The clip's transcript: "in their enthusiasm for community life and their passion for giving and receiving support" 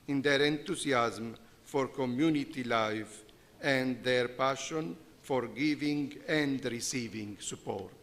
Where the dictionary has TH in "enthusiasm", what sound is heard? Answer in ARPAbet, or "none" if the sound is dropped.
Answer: T